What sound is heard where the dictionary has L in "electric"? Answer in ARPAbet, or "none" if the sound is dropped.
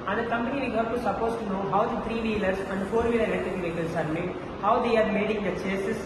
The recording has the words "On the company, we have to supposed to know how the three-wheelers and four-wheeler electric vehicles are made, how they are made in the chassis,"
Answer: none